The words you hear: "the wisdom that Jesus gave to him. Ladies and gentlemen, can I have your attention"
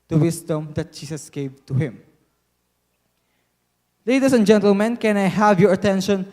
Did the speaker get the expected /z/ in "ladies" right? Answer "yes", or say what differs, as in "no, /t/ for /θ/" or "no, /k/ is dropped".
no, /s/ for /z/